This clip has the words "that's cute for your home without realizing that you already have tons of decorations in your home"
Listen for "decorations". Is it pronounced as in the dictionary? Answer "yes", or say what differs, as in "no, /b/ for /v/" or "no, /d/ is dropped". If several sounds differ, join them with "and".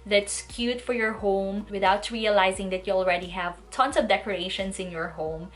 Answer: no, /s/ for /z/